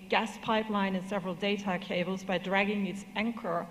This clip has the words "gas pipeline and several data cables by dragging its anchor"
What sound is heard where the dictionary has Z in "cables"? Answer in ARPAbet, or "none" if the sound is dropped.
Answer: Z